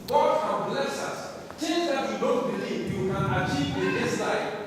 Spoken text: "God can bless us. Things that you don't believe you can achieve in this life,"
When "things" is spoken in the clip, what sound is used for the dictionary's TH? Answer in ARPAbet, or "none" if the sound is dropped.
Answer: T